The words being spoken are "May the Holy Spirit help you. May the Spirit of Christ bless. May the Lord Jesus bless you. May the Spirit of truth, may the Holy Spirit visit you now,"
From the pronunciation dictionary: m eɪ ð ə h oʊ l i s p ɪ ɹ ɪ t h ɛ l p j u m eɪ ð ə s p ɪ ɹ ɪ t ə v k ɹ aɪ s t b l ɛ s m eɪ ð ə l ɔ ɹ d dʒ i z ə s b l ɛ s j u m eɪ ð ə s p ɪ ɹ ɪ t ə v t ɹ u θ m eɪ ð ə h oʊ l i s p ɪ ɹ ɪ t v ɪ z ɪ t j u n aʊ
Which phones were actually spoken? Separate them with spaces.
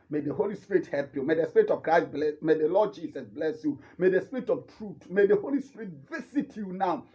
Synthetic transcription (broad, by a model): m eɪ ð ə h oʊ l i s p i ɹ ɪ t h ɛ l p j u m eɪ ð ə s p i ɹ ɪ t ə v k ɹ aɪ s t b l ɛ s m eɪ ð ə l ɔ d dʒ i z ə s b l ɛ s j u m eɪ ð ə s p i ɹ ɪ t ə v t ɹ u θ m eɪ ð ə h oʊ l i s p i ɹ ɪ t v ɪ s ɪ t j u n aʊ